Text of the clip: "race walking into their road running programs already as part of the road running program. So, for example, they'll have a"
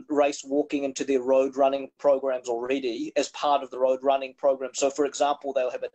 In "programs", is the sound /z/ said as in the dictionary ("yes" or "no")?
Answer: yes